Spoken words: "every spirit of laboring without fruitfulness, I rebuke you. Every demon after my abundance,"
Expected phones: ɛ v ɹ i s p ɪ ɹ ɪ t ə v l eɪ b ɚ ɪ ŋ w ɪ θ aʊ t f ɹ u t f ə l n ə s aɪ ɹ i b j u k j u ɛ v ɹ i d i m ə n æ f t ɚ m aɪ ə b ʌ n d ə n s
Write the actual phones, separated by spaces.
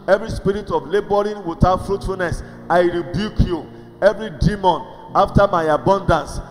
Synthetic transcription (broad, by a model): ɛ v ɹ i s p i ɹ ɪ t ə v l eɪ b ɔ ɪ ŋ w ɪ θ aʊ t f ɹ u t f ə l n ə s aɪ ɹ i b j u k j u ɛ v ɹ i d i m ə n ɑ f t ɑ m aɪ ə b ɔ n d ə n s